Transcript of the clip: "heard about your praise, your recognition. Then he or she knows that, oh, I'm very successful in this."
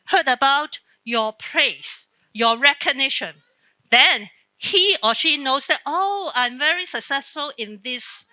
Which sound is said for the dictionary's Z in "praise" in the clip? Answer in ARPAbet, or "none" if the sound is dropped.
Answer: S